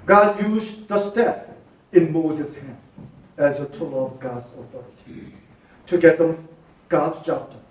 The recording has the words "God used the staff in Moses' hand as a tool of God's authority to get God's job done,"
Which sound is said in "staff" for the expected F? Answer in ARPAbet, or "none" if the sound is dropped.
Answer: P